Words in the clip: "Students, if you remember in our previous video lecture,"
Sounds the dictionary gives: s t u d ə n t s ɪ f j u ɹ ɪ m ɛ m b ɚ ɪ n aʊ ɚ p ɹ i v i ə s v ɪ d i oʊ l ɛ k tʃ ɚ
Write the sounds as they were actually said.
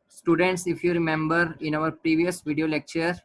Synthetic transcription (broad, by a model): s t u d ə n t s ɪ f j u ɹ ɪ m ɛ m b ɚ ɪ n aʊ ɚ p ɹ i v i ə s v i d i oʊ l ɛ k tʃ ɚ